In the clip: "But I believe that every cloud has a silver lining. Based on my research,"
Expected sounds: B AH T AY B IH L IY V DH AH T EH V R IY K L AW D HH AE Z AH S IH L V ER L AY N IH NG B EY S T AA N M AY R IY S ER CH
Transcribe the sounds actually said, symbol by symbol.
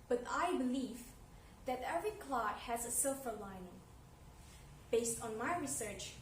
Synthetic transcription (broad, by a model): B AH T AY B IH L IY V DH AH T EH V R IY K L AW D HH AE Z AH S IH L F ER L AY N IH NG B EY S T AA N M AY R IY S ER CH